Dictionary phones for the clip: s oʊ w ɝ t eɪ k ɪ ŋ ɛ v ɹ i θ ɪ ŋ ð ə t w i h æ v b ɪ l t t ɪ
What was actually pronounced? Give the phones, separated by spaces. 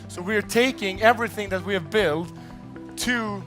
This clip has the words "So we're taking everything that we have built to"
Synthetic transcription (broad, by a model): s oʊ w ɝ t eɪ k ɪ ŋ ɛ v ɹ i θ ɪ ŋ ð ə t w i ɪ v b ɪ l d t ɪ